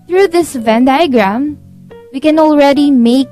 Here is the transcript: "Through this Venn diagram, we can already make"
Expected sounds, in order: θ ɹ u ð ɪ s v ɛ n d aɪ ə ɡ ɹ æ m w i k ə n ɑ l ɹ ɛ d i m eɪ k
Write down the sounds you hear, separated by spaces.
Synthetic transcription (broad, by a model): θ ɹ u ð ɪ s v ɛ n d aɪ ə ɡ ɹ æ m w i k ə n ɑ l ɹ ɛ d i m eɪ k